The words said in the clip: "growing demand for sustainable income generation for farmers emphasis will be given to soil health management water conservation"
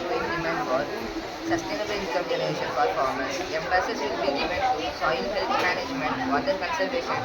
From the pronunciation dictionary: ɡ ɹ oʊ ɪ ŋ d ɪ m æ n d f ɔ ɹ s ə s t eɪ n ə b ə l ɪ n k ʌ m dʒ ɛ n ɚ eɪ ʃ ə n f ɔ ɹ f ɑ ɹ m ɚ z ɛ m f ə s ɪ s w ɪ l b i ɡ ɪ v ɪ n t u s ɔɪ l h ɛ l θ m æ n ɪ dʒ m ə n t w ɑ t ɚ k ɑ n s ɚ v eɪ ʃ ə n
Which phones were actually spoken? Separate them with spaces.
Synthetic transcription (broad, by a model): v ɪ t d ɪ m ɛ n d f ɔ ɹ s ə s t eɪ n ə b ə l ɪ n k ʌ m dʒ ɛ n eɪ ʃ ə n p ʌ ɹ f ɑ ɹ m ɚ s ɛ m p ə s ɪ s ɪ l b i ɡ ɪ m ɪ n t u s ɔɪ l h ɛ l t m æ n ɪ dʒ m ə n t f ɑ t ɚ k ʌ n s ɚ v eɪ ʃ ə n